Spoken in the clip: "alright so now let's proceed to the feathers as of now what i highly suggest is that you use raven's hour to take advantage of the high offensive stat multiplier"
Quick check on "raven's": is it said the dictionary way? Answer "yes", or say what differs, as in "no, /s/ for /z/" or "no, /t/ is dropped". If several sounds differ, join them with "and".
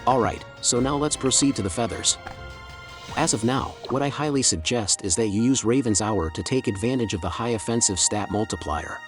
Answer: yes